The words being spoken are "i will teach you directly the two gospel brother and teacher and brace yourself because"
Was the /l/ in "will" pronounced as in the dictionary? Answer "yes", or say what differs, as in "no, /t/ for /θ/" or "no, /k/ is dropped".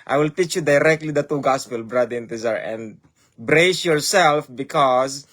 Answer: yes